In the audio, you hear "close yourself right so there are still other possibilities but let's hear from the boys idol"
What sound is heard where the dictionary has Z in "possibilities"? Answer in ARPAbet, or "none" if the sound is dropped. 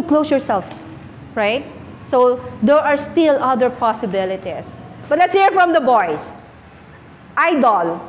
S